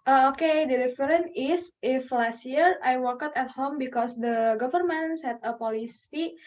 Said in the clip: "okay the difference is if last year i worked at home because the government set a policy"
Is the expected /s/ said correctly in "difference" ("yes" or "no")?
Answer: no